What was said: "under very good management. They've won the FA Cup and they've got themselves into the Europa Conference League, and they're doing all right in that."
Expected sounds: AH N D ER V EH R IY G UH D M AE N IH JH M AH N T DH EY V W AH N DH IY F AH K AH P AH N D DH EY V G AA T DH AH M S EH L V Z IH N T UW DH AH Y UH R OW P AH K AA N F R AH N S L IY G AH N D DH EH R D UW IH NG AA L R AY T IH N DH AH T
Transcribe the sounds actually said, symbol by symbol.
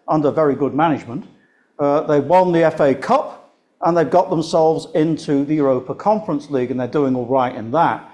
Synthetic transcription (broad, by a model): AH N D ER V EH R IY G UH D M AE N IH JH M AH N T DH EY W AH N DH IY F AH K AH P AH N DH EY V G AA T DH AH M S EH L V Z IH N T UW DH AH Y UH R OW P AH K AA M F R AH N S L IY G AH N DH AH R D UW IH NG AA L R AY T IH N DH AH T